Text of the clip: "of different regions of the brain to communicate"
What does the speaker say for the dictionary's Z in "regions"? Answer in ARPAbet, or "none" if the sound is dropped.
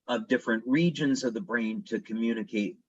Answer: Z